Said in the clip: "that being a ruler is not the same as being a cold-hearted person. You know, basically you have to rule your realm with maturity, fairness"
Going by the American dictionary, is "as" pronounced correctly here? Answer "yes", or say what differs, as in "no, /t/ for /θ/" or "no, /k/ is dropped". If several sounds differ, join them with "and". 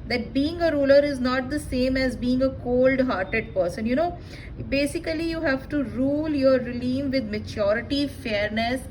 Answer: yes